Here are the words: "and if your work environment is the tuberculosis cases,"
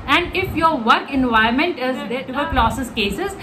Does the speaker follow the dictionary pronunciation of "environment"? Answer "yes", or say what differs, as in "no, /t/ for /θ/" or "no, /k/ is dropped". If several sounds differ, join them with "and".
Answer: no, /ɹ/ is dropped